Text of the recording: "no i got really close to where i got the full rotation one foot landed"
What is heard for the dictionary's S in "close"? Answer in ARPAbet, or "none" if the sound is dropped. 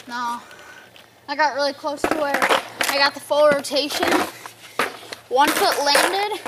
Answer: S